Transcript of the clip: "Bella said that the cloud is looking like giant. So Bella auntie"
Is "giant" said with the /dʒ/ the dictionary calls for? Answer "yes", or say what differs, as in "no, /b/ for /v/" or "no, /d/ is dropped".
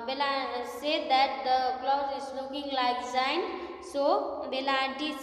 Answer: no, /z/ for /dʒ/